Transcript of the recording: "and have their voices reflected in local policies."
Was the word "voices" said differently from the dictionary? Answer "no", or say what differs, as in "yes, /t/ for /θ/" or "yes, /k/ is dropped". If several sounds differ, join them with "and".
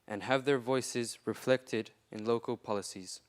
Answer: no